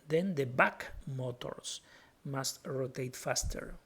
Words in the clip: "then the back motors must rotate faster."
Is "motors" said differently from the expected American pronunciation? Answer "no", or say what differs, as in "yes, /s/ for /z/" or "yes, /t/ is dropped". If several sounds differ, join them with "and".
yes, /s/ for /z/